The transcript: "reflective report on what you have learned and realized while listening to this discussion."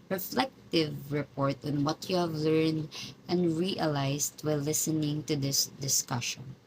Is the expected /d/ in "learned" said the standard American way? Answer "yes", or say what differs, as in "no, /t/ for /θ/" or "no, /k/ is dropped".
yes